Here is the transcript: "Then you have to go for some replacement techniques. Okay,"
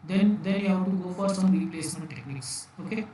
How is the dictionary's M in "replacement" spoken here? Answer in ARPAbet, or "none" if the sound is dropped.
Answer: M